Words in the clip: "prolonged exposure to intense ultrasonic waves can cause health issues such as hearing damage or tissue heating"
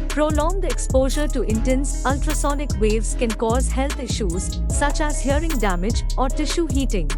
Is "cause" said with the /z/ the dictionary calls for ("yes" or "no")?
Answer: yes